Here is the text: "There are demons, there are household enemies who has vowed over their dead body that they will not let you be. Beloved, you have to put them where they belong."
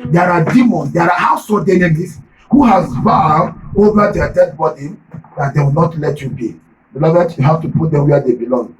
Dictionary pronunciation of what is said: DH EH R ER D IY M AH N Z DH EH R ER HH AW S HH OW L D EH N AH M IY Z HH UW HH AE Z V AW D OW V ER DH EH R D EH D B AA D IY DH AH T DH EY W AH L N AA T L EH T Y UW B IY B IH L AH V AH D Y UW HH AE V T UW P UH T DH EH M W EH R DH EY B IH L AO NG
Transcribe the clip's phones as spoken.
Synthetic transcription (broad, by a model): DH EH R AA D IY M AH N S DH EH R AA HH AW S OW D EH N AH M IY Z HH UW HH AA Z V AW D OW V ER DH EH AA D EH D B AA D IY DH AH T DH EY W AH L N AA T L EH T Y UW B IY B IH L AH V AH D Y UW HH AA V T UW P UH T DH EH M W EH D EY B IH L AO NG